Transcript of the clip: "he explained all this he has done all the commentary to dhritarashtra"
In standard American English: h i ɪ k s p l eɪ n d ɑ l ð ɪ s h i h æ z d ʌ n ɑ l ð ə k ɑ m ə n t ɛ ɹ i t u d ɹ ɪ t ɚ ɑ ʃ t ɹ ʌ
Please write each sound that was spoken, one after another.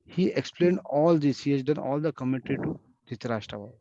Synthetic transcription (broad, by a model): h i ɪ k s p l eɪ n d ɑ l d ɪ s h i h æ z d ʌ n ɑ l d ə k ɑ m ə t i t u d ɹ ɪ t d ɑ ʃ t ɹ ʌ